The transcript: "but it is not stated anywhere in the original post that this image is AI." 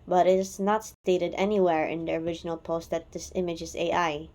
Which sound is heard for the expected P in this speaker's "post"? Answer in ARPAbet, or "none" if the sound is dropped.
P